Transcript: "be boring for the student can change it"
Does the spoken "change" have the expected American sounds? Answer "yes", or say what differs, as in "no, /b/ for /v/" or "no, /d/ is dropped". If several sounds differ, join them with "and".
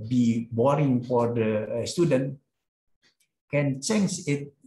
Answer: no, /tʃ/ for /dʒ/